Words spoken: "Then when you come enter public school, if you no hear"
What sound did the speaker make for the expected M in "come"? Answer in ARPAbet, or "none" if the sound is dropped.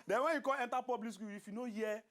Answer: none